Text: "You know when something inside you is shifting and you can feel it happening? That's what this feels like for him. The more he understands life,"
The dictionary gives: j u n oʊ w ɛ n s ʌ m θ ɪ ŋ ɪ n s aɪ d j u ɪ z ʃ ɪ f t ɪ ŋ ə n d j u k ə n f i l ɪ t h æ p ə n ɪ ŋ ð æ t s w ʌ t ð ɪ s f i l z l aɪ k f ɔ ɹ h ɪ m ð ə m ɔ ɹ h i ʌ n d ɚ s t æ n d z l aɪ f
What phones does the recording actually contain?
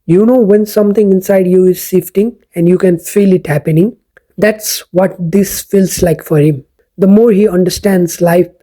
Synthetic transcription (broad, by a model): j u n oʊ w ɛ n s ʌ m t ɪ ŋ ɪ n s aɪ d j u ɪ z s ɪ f t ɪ ŋ ə n d j u k ə n f i l ɪ t h æ p ə n ɪ ŋ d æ t s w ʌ t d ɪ s f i l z l aɪ k f ɔ ɹ h ɪ m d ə m ɔ ɹ h i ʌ n d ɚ s t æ n d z l aɪ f